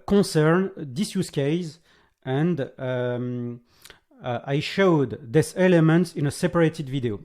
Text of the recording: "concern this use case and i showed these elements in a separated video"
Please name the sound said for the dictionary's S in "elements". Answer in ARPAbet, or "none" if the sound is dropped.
S